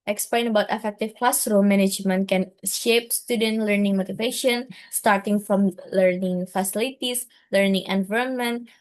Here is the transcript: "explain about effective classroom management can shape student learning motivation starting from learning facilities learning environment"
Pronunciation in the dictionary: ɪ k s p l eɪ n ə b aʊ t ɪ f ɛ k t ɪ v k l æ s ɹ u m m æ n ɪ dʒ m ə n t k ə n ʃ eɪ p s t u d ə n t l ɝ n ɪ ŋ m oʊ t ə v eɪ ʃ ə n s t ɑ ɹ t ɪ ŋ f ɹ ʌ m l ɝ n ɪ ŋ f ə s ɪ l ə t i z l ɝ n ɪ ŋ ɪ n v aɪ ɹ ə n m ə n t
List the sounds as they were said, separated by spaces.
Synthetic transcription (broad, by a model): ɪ k s p l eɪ n ə b aʊ t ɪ f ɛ k t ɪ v k l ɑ s ɹ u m m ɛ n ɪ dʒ m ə n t k ə n ʃ eɪ p s t u d ə n t l ɝ n ɪ ŋ m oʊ t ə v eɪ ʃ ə n s t ɑ ɹ t ɪ ŋ f ɹ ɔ m l ɝ n ɪ ŋ f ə s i l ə t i s l ɝ n ɪ ŋ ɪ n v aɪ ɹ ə n m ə n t